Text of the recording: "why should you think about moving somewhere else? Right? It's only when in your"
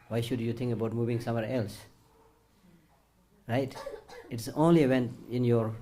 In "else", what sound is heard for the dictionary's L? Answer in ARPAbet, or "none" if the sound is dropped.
L